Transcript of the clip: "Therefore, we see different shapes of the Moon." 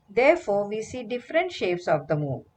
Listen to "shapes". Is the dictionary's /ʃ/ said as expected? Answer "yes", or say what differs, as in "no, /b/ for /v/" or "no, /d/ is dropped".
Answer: yes